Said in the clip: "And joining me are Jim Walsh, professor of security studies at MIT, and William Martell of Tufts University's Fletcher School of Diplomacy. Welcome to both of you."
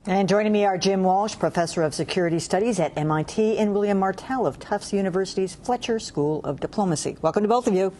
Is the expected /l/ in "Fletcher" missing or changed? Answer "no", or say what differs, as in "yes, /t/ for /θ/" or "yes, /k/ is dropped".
no